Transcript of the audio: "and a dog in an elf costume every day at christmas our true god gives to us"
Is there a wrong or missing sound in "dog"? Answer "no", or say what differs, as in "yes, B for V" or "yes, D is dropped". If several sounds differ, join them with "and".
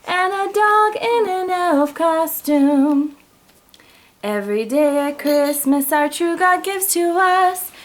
no